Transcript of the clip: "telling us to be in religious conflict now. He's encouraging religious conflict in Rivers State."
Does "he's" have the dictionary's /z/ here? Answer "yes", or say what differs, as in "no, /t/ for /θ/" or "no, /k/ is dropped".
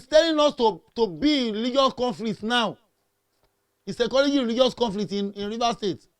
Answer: no, /s/ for /z/